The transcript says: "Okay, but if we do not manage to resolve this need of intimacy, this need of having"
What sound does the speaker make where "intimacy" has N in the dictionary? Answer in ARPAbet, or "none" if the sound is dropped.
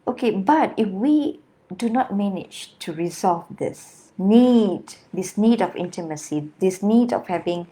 N